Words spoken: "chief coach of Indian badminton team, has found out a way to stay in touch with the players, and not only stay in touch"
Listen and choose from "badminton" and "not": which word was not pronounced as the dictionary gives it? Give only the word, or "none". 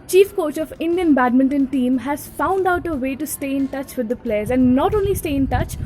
none